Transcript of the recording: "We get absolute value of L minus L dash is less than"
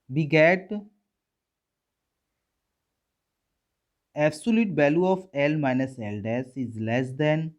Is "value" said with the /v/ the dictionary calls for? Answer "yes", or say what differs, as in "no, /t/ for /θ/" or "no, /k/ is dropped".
no, /b/ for /v/